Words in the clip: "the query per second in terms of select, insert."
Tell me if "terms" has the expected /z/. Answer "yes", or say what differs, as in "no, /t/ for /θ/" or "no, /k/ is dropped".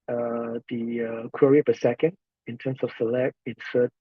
no, /s/ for /z/